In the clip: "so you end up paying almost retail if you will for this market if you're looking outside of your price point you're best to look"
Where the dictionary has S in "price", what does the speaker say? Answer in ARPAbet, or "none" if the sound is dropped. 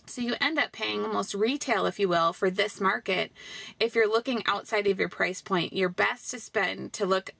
S